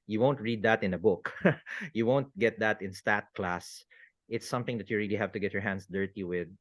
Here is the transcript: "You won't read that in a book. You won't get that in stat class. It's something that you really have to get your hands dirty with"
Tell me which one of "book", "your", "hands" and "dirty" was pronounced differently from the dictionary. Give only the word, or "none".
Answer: hands